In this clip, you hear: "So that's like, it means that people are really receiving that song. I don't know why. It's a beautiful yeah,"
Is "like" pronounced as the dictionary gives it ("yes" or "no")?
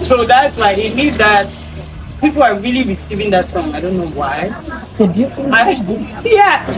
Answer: no